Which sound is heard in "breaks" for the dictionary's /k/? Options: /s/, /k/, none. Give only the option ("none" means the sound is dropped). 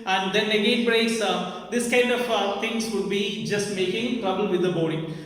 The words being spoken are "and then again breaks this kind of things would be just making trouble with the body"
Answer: none